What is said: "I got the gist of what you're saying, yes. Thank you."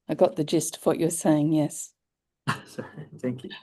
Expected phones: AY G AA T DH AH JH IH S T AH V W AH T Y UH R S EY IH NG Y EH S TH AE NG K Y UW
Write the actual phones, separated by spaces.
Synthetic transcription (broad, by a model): AY G AA T DH AH JH IH S T AH V W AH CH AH R S EY IH NG Y EH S TH AE NG K Y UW